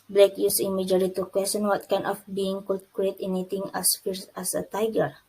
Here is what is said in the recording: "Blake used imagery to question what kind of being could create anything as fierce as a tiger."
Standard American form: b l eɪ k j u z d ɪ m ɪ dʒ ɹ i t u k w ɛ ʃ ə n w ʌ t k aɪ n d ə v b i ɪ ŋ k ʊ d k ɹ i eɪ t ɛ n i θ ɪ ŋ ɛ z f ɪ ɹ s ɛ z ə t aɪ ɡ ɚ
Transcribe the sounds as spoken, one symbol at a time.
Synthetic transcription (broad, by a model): b l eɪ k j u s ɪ m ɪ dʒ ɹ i t u k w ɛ s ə n w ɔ t k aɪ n ə f b i ɪ ŋ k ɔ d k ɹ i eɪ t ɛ n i t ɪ ŋ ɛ s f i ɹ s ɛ s ə t aɪ ɡ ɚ